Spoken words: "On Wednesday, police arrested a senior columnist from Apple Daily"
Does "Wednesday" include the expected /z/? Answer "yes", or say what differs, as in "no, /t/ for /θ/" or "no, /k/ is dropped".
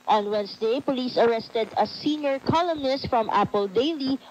no, /s/ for /z/